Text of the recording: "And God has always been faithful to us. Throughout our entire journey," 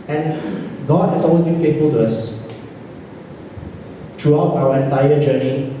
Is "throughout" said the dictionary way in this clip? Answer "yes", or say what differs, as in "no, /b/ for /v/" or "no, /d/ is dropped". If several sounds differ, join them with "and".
no, /t/ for /θ/